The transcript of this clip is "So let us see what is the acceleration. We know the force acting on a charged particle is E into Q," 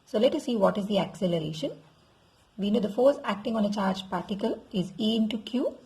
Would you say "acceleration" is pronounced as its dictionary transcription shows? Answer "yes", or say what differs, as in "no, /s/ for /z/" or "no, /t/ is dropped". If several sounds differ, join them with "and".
yes